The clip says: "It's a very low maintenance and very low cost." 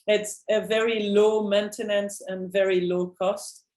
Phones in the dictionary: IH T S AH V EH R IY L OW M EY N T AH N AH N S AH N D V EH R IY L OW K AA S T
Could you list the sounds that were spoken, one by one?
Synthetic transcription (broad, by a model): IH T S AH V EH R IY L OW M EY N T AH N AH N S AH N V EH R IY L OW K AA S T